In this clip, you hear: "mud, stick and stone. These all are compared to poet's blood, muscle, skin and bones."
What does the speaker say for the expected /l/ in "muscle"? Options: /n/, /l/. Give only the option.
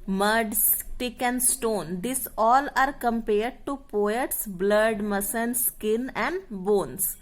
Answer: /n/